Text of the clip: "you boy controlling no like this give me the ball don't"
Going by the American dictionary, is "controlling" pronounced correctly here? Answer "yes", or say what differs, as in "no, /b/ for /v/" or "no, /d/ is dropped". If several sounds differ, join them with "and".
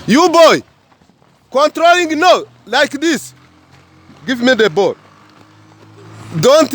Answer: yes